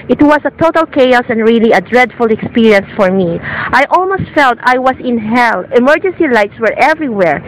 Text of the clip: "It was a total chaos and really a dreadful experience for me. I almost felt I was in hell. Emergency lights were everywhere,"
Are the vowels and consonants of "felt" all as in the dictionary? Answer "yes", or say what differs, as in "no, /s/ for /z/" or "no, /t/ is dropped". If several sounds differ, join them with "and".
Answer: yes